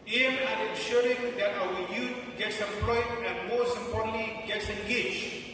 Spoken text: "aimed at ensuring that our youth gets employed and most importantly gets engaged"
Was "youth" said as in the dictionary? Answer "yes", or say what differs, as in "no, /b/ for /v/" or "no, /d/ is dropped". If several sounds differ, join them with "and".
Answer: no, /t/ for /θ/